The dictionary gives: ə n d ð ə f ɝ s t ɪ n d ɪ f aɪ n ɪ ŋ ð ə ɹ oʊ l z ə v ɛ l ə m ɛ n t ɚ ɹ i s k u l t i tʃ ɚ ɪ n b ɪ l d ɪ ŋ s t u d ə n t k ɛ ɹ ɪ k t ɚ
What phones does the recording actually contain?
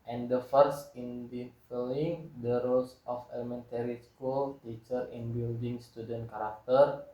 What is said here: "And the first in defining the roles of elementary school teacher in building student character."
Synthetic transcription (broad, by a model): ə n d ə f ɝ s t ɪ n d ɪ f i l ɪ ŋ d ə ɹ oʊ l s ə f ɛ l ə m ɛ n t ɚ ɹ i s k u l t i tʃ ɚ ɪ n b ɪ l d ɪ ŋ s t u d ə n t k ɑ ɹ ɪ k t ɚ